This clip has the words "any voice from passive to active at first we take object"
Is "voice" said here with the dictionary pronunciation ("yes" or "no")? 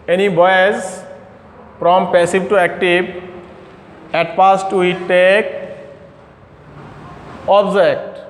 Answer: no